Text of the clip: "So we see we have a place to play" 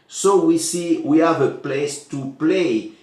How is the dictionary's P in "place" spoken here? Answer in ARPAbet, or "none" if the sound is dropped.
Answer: P